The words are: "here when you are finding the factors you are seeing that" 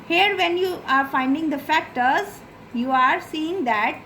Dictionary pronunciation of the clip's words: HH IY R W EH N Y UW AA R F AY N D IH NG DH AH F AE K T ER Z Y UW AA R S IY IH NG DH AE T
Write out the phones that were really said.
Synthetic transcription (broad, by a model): HH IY R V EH N Y UW AA R F AY N D IH NG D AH F AE K T ER Z Y UW AA R S IY IH NG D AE T